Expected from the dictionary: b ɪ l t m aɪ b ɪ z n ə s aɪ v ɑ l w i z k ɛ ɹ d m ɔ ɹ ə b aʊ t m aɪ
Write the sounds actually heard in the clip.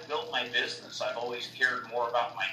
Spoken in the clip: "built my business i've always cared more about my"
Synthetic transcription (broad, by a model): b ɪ l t m aɪ b ɪ z n ə s aɪ v ɑ l w i z k ɛ ɹ d m ɔ ɹ ə b aʊ t m aɪ